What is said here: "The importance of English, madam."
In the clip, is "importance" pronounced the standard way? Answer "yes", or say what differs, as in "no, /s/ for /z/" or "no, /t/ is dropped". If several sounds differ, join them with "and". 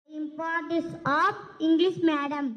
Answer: no, /n/ is dropped